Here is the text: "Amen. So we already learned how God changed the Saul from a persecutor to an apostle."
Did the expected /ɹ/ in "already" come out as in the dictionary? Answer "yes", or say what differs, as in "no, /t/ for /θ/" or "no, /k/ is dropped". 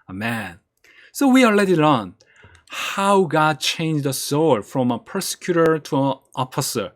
no, /ɹ/ is dropped